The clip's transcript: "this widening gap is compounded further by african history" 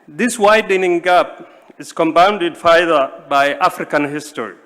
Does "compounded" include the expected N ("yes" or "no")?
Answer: yes